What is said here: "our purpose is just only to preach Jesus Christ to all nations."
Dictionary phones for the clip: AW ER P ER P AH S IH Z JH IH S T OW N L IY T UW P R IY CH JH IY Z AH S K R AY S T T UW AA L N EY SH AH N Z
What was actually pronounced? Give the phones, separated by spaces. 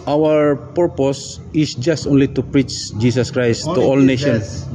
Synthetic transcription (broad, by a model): AW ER P ER P AH S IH S JH IH S T OW N L IY T UW P R IY CH JH IY S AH S K R AY S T T UW AA L N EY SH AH N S